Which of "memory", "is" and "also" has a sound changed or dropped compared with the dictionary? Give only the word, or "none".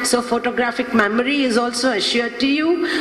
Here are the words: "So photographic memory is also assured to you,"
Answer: none